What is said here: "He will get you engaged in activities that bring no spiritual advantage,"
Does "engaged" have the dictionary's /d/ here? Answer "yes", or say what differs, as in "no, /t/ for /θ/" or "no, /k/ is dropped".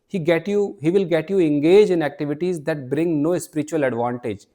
no, /d/ is dropped